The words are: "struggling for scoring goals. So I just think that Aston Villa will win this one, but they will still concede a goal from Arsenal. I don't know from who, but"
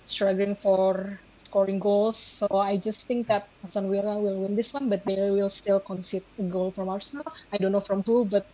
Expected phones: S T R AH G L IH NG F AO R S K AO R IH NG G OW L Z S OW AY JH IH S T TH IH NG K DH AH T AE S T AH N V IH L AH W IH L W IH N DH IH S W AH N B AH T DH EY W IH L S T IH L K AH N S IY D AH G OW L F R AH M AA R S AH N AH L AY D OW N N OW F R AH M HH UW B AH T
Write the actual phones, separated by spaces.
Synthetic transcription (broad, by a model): S T R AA G L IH NG F AO R S K AO R IH NG G OW L S OW AY JH IH S T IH NG K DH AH T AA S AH N W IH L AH W IH L W IH N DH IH S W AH N B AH T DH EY W IH L S T IH L K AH N S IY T AH G OW L F R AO M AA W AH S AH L AY D OW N N OW F R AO M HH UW B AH T